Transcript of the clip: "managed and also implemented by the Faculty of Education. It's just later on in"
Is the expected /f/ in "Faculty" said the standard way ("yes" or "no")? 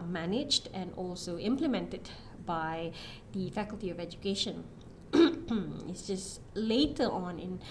yes